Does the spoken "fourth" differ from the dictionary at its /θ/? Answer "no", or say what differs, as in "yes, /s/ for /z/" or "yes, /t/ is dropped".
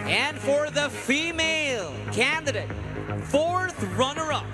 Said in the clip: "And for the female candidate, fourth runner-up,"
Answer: no